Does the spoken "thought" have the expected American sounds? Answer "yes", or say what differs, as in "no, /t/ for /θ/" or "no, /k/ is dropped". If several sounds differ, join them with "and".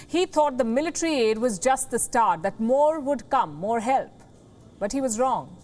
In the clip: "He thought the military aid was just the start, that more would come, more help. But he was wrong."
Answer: no, /t/ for /θ/